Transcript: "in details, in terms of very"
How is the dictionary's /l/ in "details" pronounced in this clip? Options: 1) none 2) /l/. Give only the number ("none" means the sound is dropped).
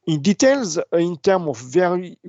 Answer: 2